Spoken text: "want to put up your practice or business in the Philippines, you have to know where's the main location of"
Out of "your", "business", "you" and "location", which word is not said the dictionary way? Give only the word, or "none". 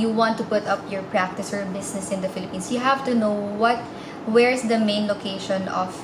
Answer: business